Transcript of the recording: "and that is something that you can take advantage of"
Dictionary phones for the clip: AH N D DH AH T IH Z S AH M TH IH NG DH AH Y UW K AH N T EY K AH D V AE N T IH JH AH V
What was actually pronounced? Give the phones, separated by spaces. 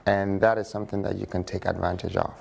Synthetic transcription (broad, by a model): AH N DH AH T IH Z S AH M TH IH NG DH AH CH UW K AH N T EY K AH D V AE N T IH JH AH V